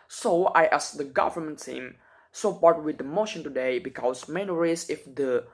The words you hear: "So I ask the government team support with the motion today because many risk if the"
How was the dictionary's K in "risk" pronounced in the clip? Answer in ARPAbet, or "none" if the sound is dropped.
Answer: none